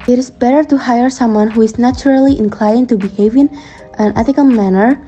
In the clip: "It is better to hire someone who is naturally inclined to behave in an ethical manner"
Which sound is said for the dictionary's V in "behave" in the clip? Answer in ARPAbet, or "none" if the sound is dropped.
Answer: V